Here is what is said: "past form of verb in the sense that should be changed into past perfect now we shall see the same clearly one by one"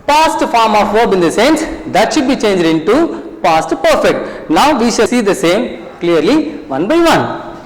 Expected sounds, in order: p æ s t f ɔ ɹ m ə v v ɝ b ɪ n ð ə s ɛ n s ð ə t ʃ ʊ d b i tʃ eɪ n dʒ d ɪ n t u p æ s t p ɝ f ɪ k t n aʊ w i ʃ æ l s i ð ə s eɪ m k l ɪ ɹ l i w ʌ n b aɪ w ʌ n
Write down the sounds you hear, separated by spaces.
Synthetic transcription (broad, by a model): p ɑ s t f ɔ ɹ m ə f v ɝ b ɪ n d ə s ɛ n s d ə t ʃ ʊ d b i tʃ eɪ n dʒ d ɪ n t u p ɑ s t p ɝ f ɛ k t n aʊ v i ʃ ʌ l s i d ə s eɪ m k l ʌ ɹ l i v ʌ n b aɪ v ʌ n